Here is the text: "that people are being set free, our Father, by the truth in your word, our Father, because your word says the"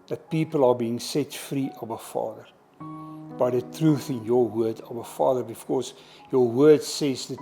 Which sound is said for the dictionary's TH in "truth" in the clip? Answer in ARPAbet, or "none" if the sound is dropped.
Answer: TH